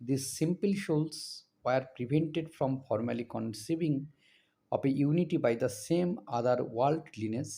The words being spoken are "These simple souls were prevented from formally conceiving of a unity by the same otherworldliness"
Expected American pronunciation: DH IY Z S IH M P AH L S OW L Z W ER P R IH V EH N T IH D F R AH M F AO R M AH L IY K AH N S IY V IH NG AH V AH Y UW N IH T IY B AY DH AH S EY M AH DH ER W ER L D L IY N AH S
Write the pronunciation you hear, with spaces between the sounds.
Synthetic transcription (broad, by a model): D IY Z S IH M P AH L SH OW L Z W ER P R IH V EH N T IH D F R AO M F AO R M AH L IY K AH N S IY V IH NG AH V AH Y UW N IH T IY B AY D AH S EY M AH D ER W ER L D L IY N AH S